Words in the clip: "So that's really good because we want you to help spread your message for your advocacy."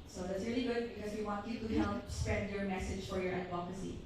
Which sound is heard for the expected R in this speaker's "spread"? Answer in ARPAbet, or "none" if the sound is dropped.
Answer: none